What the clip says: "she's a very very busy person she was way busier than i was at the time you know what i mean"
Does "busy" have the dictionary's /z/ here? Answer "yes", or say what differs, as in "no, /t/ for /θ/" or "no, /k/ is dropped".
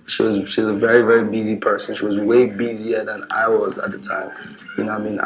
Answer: yes